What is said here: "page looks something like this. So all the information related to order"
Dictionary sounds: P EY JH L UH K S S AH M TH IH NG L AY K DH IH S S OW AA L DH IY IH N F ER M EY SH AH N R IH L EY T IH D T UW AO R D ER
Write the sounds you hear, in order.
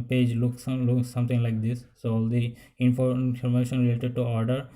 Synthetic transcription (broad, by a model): P EY JH L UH K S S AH M T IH NG L AY K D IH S S OW AA L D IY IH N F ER M EY SH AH N R IH L EY T IH D T UW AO R D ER